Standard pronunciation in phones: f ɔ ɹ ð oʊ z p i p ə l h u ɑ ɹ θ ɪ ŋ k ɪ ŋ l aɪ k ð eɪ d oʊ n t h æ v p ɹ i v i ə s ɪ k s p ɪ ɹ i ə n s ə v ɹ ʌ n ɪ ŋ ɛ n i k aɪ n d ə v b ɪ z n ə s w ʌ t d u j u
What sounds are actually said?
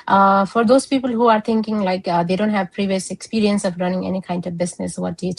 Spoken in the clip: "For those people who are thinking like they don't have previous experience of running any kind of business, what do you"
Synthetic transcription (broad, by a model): f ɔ ɹ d oʊ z p i p ə l h u ɑ ɹ t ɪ ŋ k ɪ ŋ l aɪ k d eɪ d oʊ n t h æ v p ɹ i v i ə s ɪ k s p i ɹ i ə n s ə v ɹ ʌ n ɪ ŋ ɛ n i k aɪ n d ə v b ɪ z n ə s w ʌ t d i